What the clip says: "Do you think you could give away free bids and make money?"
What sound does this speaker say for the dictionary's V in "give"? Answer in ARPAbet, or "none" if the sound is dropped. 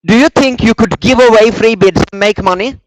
V